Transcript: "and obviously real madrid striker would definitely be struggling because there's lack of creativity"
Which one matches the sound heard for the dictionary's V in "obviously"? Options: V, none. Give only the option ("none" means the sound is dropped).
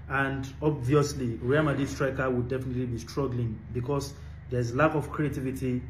V